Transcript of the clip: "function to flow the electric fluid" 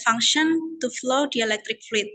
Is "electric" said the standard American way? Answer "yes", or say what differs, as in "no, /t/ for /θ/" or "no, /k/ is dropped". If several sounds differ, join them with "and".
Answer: yes